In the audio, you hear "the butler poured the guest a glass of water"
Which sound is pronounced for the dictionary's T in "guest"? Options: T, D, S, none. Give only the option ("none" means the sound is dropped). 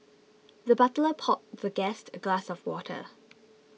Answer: T